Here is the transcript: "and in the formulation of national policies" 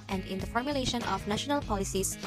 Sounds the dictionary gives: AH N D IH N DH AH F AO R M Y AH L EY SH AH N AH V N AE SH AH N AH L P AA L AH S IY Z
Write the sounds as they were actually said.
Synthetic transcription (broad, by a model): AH N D IH N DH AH F AO R M Y AH L EY SH AH N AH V N AE SH AH N AH L P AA L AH S IY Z